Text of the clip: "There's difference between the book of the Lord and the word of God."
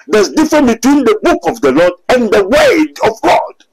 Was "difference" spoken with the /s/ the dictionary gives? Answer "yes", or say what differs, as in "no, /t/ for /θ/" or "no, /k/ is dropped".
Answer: no, /s/ is dropped